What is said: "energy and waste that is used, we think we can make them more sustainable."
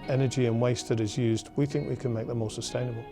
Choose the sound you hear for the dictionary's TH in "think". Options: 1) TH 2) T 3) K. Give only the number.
1